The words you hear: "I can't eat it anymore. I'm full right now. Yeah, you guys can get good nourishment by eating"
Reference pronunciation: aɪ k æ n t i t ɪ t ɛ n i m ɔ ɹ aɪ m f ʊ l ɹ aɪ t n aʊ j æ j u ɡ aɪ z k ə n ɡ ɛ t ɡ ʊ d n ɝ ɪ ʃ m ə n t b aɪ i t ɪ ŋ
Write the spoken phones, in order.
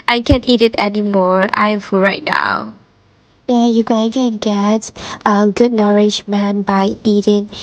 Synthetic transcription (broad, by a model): aɪ k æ n t i t ɪ t ɛ n i m ɔ ɹ aɪ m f ɹ aɪ t n aʊ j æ j u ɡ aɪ k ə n ɡ ɛ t ɡ ʊ d n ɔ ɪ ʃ m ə n b aɪ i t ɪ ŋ